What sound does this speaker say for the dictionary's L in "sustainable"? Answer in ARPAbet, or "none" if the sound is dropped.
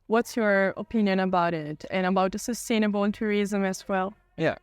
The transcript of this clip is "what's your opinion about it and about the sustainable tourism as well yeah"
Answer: N